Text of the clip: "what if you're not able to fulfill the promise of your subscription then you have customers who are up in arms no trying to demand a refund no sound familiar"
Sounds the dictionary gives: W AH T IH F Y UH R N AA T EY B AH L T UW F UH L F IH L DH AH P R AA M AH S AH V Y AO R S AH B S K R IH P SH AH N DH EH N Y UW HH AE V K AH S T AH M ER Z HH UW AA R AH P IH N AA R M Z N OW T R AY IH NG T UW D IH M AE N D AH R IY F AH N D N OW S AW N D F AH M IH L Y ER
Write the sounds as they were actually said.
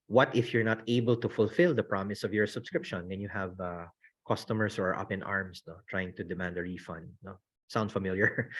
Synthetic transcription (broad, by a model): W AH T IH F Y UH R N AA T EY B AH L T UW F UH L F IH L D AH P R AA M AH S AH V Y AO R S AH B S K R IH P SH AH N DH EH N Y UW HH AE V K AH S T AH M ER S HH UW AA R AH P IH N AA R M S N OW T R AY IH NG T UW D IH M AE N D AH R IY F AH N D N OW S AW N D F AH M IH L Y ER